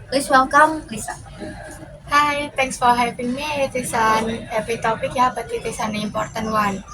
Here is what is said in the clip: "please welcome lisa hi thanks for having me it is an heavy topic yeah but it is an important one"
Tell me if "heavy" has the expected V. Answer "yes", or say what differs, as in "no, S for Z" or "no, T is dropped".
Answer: no, P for V